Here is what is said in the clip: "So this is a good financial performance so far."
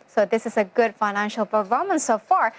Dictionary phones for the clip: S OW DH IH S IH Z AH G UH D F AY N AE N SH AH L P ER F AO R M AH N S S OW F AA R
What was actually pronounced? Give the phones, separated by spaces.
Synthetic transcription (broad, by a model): S OW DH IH S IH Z AH G UH D F AY N AE N SH AH L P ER AO M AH N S S OW F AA R